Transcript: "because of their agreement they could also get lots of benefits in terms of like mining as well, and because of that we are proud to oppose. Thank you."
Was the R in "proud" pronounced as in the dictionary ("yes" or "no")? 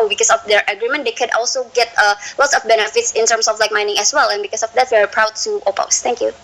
yes